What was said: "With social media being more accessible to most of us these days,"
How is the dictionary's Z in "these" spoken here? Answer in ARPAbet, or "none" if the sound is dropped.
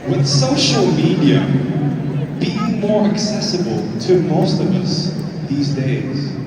Z